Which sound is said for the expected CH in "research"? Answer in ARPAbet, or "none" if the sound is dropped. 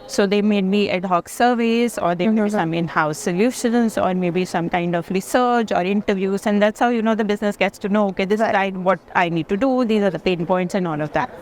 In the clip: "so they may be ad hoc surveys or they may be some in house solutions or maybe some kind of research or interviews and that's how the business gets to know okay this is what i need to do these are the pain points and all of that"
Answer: CH